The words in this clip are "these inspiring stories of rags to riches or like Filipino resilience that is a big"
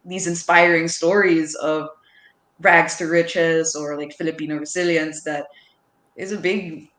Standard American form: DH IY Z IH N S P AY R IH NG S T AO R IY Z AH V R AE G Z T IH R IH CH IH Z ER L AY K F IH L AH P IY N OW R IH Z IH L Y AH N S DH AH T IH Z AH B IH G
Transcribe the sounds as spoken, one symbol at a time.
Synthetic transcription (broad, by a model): DH IY Z IH N S P AY R IH NG S T AO R IY Z AH V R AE G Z T IH R IH CH IH Z ER L AY K F IH L AH P IY N OW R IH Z IH L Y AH N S DH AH T IH Z AH B IH G